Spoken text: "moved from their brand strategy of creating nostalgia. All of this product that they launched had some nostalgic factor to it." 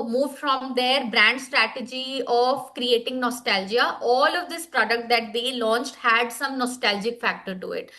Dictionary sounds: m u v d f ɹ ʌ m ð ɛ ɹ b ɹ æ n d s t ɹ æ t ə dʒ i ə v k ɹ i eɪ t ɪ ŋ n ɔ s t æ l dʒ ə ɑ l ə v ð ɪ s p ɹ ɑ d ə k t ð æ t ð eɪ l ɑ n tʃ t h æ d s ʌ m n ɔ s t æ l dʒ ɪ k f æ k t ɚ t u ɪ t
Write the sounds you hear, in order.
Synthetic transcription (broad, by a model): m u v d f ɹ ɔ m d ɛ ɹ b ɹ æ n d s t ɹ æ t ə dʒ i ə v k ɹ i eɪ t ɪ ŋ n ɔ s t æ l dʒ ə ɑ l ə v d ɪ s p ɹ ɑ d ə k t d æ t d eɪ l ɑ n tʃ t h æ d s ʌ m n ɔ s t æ l dʒ ɪ k f æ k t ɚ t u ɪ t